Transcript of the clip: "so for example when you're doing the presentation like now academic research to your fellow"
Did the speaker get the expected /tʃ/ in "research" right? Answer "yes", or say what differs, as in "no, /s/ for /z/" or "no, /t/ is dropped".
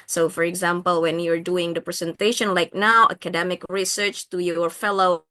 yes